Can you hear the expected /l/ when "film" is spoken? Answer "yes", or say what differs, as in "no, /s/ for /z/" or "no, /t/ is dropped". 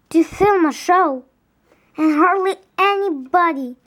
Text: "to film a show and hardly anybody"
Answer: yes